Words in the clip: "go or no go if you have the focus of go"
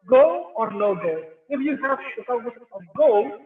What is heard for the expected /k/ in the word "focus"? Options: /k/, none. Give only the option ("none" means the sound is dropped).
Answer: none